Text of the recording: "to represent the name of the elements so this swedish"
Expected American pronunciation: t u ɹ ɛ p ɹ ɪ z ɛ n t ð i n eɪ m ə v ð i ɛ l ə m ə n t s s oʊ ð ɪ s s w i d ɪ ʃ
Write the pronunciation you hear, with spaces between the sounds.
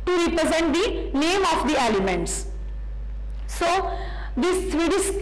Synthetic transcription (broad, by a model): t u ɹ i p ɹ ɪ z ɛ n t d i n eɪ m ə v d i ɛ l ə m ə n t s s oʊ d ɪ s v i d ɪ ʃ